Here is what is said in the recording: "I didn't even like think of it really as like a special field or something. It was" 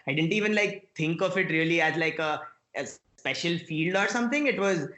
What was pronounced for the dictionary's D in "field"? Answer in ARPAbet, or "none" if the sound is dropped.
D